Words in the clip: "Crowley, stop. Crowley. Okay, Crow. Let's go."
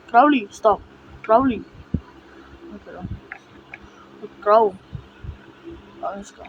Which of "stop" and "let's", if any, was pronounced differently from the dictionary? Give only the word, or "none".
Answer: let's